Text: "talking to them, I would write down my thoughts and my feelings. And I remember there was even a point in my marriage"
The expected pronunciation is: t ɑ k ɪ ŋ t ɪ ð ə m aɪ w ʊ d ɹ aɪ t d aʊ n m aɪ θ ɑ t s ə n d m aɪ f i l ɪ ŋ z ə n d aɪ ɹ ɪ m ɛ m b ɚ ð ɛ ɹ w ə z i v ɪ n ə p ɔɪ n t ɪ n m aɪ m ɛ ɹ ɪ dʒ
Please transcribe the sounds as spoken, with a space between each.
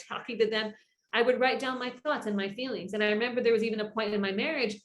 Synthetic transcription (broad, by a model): ɑ k ɪ ŋ t ɪ ð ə m aɪ w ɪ d ɹ aɪ t d aʊ n m aɪ θ ɑ t s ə n m aɪ f i l ɪ ŋ z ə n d aɪ ɹ ɪ m ɛ m b ɚ ð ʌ ɹ w ə z i v ɪ n ə p ɔɪ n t ɪ n m aɪ m ɛ ɹ ɪ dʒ